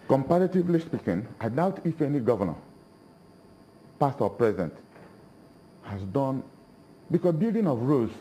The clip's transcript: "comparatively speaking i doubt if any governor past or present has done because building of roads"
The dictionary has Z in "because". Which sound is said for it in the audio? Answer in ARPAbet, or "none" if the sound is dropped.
none